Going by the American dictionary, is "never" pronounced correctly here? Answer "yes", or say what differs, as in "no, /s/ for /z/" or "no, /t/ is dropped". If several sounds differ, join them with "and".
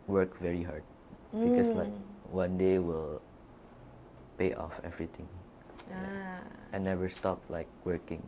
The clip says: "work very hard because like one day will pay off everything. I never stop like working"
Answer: no, /w/ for /v/